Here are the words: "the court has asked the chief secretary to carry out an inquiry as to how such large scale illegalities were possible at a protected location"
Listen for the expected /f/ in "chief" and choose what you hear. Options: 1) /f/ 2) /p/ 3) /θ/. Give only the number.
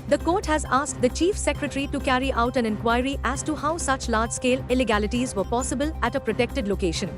1